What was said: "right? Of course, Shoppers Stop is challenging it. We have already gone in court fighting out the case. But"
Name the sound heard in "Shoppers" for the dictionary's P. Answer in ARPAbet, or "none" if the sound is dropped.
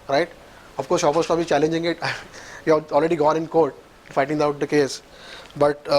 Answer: F